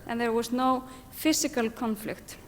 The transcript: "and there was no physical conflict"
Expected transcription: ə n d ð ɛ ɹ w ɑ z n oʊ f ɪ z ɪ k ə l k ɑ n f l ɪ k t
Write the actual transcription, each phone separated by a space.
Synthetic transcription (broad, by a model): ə n ð ɛ ɹ w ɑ s n oʊ f ɪ s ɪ k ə l k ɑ n f l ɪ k t